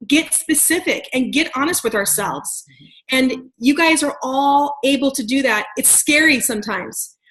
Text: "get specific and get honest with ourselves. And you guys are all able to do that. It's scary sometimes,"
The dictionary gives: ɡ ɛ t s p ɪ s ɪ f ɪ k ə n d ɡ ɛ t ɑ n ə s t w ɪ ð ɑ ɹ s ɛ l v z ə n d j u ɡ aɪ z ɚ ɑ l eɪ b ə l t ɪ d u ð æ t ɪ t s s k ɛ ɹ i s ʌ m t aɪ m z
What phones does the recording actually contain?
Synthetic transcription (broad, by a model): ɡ ɛ t s p ɪ s ɪ f ɪ k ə n ɡ ɛ t ɑ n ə s t w ɪ ð ɑ ɹ s ɛ l v z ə n j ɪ ɡ aɪ z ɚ ɑ l eɪ b l t ɪ d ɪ ð æ t ɪ t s s k ɛ ɹ i s ʌ m t aɪ m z